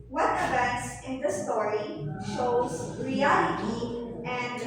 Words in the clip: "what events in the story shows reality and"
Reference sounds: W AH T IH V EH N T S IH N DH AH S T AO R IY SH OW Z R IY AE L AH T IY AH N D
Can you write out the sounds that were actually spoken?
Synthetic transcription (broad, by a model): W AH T IH V EH N T S IH N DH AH S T AO R IY SH OW Z R IY AE L AH T IY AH N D